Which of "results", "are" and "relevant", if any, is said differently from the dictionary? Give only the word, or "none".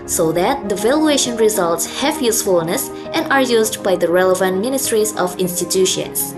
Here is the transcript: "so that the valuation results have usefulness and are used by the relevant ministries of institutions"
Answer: none